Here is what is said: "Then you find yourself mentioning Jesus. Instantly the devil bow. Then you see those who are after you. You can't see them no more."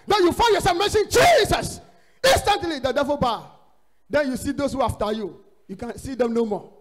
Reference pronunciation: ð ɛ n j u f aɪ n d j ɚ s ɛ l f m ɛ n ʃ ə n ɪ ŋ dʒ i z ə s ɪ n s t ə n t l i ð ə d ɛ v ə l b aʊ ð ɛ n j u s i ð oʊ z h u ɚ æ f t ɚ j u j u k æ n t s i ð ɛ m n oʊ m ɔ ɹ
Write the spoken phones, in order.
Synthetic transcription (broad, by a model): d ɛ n j u f aɪ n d j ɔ s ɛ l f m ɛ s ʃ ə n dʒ i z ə s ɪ n s t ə n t l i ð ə d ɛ v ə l b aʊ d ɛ n j u s i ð oʊ s h u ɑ f t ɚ j u j u k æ n s i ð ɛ m n oʊ m ɔ